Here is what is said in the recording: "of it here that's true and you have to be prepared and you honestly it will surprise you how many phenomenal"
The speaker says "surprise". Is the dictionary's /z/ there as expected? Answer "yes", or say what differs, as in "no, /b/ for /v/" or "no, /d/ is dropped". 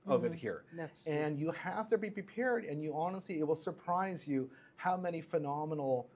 yes